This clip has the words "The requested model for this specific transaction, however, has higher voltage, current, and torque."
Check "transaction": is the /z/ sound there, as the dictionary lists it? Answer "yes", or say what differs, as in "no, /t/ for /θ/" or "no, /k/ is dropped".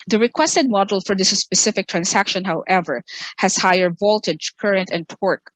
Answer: no, /s/ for /z/